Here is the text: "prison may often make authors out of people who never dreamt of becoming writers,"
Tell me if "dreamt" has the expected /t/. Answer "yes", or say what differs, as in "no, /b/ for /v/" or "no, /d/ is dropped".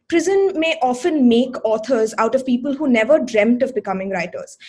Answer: yes